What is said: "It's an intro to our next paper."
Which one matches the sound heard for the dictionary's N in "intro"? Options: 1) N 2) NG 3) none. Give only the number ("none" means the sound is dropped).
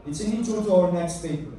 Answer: 3